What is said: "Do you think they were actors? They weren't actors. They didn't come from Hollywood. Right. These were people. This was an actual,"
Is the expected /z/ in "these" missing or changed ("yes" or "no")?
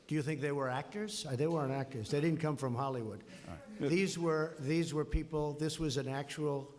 no